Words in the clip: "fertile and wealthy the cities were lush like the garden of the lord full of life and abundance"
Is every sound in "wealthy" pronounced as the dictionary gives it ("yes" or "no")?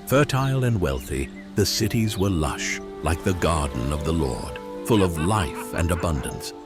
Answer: yes